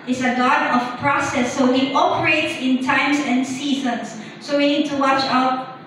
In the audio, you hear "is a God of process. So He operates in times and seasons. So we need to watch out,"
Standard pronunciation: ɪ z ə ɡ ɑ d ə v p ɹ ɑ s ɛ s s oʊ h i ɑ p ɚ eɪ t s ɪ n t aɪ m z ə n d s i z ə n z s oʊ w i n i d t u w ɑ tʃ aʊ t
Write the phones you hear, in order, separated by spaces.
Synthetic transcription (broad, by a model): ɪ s ə ɡ ɑ d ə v p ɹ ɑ s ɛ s s oʊ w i ɑ p ɚ eɪ t s ɪ n t aɪ m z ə n s i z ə n s oʊ w i n i d t u w ɑ tʃ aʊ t